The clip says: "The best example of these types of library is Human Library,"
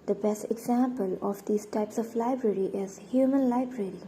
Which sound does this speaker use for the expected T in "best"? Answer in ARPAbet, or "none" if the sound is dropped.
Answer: T